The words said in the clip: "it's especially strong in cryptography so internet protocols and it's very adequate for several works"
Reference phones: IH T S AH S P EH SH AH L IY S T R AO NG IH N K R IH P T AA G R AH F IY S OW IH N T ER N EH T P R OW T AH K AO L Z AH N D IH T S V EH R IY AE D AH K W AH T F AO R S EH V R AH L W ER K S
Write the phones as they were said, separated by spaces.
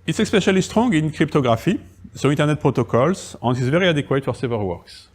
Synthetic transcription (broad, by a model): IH T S AH S P EH SH AH L IY S T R AO NG IH N K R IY P T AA G R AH F IY S OW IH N T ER N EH T P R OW T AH K AO L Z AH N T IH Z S V EH R IY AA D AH K W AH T F AO R S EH V AH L W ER K S